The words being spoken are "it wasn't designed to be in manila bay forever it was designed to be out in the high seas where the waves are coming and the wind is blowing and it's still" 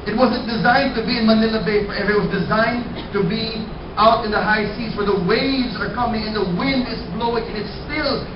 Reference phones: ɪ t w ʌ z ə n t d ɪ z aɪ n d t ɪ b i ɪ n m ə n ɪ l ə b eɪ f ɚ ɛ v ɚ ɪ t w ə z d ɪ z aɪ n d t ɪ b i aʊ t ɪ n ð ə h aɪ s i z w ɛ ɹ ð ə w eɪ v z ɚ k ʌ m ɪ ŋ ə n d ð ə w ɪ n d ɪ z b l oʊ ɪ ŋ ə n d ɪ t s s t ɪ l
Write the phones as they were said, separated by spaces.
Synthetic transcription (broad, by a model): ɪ t w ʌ z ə n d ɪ z aɪ n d t ɪ b i ɪ n m ə n ɪ l ə b eɪ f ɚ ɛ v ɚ ɪ t w ə z d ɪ z aɪ n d t ɪ b i aʊ t ɪ n ð ə h aɪ s i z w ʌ ɹ ð ə w eɪ v z ɚ k ʌ m ɪ ŋ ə n ð ə w ɪ n d ɪ z b l oʊ ɪ ŋ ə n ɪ t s s t ɪ l